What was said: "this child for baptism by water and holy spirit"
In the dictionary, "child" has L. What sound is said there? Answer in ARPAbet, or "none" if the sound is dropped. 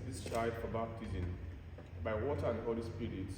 none